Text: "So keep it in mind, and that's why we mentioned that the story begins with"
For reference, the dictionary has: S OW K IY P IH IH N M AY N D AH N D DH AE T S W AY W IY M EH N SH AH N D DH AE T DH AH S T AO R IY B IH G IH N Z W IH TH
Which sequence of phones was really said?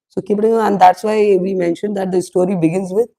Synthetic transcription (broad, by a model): S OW K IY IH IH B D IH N AH N D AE T S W AY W IY M EH N SH AH N D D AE T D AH S T AO R IY B IH G IH N Z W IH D